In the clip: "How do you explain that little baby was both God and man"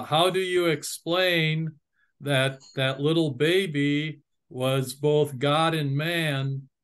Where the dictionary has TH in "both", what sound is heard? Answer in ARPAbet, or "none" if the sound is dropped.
TH